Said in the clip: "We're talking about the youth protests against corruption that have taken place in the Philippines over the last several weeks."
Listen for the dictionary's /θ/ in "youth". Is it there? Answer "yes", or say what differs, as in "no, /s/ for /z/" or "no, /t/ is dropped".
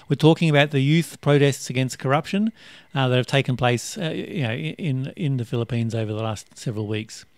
yes